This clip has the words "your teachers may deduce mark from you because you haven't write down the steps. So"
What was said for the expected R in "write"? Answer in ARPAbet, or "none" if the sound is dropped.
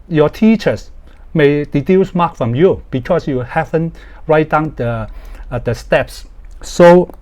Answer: R